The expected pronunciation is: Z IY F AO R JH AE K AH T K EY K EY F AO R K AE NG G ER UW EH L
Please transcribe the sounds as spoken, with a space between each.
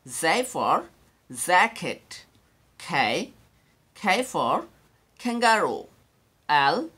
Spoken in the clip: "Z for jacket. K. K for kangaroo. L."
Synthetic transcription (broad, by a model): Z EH F AO R Z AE K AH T K EY K EY F AO R K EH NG G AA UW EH L